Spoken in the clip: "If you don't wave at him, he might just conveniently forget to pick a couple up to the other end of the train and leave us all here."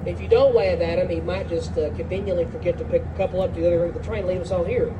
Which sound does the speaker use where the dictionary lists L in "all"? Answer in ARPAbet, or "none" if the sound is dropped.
N